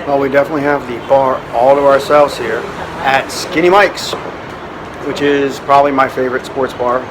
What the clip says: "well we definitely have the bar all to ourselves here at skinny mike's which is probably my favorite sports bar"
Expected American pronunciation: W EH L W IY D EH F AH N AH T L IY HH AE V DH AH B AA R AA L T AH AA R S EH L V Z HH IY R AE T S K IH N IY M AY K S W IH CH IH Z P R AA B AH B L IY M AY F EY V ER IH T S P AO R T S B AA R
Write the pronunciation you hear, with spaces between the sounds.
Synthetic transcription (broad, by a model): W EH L W IY D EH F AH N AH T L IY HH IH V DH AH B AA R AA L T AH AA R S EH L V Z HH IY R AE T S K IH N IY M AY K S W IH CH IH Z P R AA B AH B L IY M AY F EY V ER IH T S P AO R T S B AA R